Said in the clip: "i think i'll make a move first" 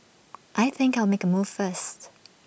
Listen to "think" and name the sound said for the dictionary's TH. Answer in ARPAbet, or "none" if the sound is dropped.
TH